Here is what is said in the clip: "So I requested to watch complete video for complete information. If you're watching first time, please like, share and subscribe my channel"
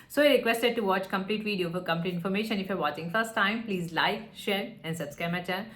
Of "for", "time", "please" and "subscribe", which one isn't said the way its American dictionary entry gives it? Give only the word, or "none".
subscribe